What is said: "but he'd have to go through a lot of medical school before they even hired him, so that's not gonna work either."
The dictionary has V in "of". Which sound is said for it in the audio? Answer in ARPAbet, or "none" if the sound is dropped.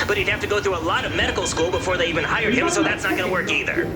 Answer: V